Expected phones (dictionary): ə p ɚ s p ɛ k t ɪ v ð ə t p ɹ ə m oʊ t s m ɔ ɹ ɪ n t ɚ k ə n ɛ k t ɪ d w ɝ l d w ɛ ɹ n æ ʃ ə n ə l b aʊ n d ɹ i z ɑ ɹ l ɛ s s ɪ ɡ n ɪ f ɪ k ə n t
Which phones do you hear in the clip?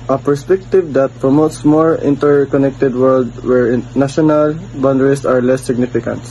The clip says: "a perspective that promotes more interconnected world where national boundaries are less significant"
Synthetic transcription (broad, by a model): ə p ɚ s p ɛ k t ɪ v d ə t p ɹ ə m oʊ t s m ɔ ɹ ɪ n t ɚ k ə n ɛ k t ɪ d w ɝ l d w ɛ ɹ n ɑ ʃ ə n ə l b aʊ n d ɹ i s ɑ ɹ l ɛ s s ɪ ɡ n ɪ f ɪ k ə n t